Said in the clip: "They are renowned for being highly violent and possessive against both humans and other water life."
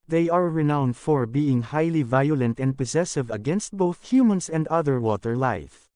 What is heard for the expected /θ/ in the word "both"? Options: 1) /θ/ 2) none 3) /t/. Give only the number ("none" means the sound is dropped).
1